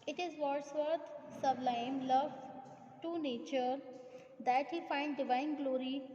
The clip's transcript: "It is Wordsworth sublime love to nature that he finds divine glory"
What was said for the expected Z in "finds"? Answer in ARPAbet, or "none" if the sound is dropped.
none